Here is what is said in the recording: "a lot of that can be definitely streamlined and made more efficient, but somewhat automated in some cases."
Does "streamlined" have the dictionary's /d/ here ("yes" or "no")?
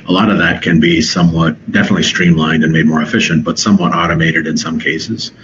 yes